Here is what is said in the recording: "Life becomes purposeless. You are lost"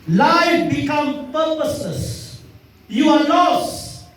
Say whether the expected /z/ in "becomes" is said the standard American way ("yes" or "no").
no